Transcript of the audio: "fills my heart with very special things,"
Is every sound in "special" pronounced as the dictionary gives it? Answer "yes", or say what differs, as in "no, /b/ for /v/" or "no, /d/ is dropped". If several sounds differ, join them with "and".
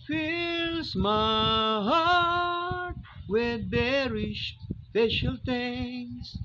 no, /ʃ/ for /s/